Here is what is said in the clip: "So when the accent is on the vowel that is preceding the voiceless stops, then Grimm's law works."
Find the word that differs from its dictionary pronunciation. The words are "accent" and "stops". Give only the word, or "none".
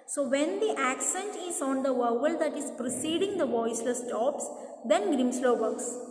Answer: none